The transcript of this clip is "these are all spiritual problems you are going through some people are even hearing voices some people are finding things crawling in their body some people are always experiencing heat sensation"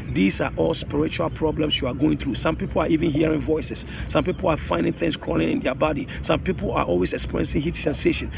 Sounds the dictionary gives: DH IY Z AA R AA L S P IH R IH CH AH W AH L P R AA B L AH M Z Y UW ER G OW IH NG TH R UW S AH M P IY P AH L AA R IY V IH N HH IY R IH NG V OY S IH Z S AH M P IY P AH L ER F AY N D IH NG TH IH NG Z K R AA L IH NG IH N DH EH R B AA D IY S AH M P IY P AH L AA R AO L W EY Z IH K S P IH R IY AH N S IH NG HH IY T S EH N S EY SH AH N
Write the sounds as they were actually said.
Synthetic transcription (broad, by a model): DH IY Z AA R AA L S P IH R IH CH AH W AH L P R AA B L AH M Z Y UW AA G OW IH NG TH R UW S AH M P IY P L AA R IY V IH N HH IY R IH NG V OY S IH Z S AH M P IY P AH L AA F AY N D IH NG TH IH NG S K AA L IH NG IH N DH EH B AA D IY S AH M P IY P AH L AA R AO L W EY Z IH K S P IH R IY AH N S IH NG HH IY T S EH N S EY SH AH N